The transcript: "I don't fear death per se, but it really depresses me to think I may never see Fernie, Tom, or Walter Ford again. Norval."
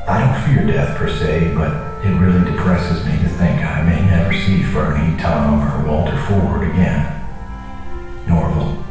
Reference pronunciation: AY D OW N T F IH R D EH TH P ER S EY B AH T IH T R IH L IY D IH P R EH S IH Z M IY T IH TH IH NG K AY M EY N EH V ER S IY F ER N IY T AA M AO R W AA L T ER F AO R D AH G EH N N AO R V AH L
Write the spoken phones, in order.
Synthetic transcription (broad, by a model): AY D OW N T F IH R D EH TH P ER S EY B AH T IH T R IH L IY D IH P R EH S IH Z M IY T IH TH IH NG K AY M EY N EH V ER S IY F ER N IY T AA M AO R W AA L T ER F AO R D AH G EH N N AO R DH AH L